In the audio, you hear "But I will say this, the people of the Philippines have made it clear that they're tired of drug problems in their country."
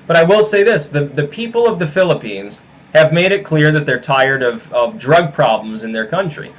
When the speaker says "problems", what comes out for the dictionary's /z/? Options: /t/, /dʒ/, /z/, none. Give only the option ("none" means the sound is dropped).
/z/